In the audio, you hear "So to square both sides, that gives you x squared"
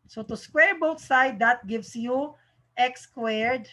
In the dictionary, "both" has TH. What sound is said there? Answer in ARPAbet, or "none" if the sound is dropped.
T